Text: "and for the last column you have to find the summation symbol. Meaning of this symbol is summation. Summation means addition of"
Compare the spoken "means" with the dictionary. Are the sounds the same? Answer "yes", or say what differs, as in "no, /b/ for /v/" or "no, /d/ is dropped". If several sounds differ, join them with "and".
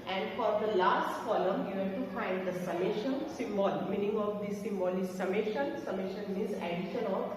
no, /n/ is dropped